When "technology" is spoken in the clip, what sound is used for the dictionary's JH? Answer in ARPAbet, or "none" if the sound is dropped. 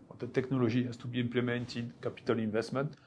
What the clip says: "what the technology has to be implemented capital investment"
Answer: ZH